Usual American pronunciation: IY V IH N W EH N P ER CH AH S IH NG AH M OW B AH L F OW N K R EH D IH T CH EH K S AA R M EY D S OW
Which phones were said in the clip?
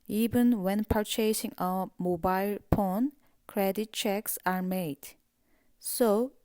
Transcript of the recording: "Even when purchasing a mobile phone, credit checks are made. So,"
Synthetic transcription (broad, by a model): IY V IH N W EH N P ER CH AH S IH NG AH M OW B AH L P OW N K R EH D IH T CH EH K S AA R M EY D S OW